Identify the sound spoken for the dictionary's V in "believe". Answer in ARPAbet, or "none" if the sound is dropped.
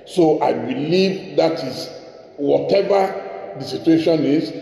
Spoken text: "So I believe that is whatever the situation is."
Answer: V